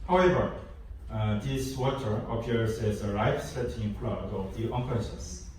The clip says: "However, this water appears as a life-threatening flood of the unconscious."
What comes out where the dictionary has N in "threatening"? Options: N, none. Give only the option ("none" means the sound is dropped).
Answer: none